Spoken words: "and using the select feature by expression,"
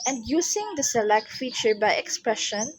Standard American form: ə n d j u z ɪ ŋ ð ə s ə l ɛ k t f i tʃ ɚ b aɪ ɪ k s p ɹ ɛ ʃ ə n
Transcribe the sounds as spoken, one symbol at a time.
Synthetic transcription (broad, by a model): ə n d j u s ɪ ŋ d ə s ə l ɛ k t f i tʃ ɚ b aɪ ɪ k s p ɹ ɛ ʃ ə n